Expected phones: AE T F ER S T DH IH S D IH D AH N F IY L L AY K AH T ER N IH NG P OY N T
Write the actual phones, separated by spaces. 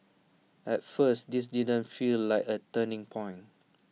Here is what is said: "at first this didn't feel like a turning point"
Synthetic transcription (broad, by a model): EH T F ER S T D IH S D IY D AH N F IY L L AY K AH T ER N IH NG P OY N